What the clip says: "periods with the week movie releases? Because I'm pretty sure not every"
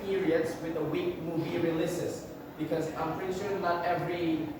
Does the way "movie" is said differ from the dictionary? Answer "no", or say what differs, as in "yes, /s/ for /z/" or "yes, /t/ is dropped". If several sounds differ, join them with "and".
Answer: no